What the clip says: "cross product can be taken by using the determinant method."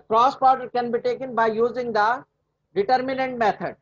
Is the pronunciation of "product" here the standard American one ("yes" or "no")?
no